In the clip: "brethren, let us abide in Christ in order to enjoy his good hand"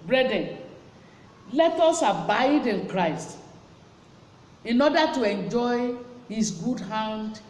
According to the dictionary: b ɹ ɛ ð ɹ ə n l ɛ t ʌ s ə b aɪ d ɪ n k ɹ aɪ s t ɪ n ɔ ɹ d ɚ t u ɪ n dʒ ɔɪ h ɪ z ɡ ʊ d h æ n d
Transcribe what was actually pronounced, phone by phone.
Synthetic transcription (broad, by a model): b ɹ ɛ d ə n l ɛ t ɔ s ə b aɪ d ɪ n k ɹ aɪ s t ɪ n ɔ d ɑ t u ɪ n dʒ ɔɪ h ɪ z ɡ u d h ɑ n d